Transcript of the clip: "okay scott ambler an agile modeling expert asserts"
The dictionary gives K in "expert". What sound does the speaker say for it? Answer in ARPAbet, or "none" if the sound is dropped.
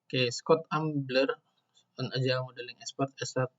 none